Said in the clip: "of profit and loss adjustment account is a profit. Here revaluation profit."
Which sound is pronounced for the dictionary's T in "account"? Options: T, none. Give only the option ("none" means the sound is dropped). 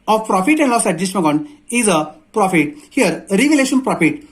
none